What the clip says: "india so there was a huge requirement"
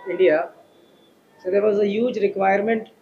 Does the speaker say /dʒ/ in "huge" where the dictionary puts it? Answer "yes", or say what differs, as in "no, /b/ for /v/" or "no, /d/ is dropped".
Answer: yes